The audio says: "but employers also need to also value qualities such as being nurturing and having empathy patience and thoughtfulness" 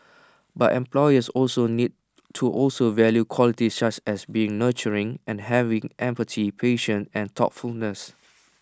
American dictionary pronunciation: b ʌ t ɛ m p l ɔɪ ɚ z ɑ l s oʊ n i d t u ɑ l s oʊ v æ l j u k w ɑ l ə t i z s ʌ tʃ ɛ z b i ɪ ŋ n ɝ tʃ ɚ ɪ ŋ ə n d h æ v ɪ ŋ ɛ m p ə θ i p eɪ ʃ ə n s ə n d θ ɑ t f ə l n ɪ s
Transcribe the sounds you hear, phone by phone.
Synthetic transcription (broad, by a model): b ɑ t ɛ m p l ɔɪ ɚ s ɑ l s oʊ n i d t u ɑ l s oʊ v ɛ l j u k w ɑ l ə t i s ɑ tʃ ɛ s b i ɪ ŋ n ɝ tʃ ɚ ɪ ŋ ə n h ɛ v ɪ ŋ ɛ m p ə t i p eɪ ʃ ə n ə n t ɑ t f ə l n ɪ s